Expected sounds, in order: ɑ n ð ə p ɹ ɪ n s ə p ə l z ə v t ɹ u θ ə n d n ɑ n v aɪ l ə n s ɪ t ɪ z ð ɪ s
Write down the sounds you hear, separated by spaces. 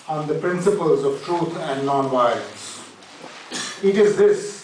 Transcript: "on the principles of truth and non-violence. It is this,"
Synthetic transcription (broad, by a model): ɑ n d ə p ɹ ɪ n s ə p ə l z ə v t ɹ u t ə n d n ɑ n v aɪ ə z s ɪ t ɪ z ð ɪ s